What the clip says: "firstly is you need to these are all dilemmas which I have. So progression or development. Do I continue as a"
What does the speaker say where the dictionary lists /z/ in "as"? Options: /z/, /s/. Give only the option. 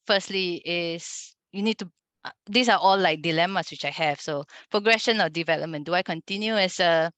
/s/